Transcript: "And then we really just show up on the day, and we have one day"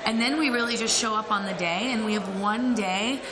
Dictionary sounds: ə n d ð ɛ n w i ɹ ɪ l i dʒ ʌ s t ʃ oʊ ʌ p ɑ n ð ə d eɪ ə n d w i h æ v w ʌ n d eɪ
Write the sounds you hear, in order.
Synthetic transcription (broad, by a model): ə n ð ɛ n w i ɹ ɪ l i dʒ ʌ s t ʃ oʊ ʌ p n ð ə d eɪ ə n w i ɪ v w ʌ n d eɪ